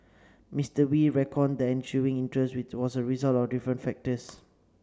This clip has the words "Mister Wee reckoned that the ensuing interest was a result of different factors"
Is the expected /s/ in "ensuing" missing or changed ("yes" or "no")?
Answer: yes